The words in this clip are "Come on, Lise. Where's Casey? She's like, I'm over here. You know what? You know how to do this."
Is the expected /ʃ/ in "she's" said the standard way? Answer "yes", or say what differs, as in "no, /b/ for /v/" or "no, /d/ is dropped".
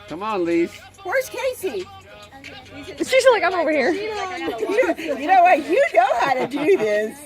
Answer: no, /s/ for /ʃ/